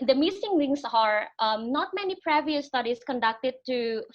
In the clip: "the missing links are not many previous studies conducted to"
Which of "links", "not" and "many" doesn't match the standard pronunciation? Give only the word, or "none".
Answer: links